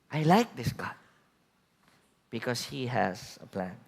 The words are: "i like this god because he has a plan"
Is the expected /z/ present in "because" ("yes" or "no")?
no